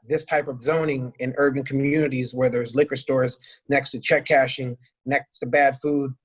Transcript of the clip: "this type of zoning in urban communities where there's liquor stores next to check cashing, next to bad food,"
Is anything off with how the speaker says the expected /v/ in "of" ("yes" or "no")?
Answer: no